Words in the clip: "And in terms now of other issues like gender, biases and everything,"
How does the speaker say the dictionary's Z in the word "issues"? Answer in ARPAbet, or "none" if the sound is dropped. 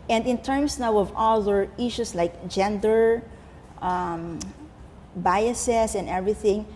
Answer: S